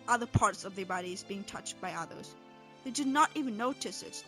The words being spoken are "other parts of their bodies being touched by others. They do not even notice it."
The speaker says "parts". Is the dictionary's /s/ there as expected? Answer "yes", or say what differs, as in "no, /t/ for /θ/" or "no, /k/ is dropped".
yes